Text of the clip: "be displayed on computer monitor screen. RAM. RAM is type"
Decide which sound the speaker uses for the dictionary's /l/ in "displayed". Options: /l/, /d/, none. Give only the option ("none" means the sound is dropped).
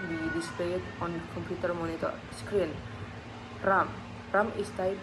none